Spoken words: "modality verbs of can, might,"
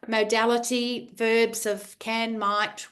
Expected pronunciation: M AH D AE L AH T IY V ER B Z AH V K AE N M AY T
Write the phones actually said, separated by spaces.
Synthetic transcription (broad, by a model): M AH D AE L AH T IY V ER B Z AH V K AE N M AY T